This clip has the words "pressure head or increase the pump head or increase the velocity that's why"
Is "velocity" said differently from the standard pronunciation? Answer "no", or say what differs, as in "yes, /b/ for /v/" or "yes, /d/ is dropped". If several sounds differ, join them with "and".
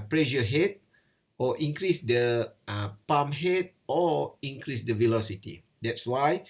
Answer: no